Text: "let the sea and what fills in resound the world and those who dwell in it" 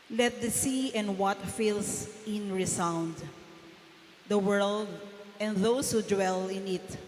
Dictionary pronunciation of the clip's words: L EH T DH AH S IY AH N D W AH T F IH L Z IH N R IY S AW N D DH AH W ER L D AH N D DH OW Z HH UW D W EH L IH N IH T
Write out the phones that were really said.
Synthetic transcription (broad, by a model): L EH T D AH S IY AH N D W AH T F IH L S IH N R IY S AW N D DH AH W ER L D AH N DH OW S HH UW D W EH L IH N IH T